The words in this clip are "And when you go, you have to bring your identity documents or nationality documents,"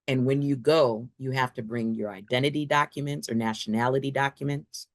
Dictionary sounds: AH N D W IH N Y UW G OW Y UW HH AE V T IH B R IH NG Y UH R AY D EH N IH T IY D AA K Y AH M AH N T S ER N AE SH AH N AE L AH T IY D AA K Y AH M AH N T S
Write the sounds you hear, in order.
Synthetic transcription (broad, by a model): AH N W IH N Y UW G OW Y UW HH AE F T IH B R IH NG Y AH R AY D EH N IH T IY D AA K Y AH M AH N T S ER N AE SH AH N AE L AH T IY D AA K Y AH M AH N T S